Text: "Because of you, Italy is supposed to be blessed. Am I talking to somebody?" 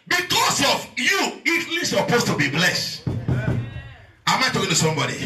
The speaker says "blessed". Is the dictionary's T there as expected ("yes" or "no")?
yes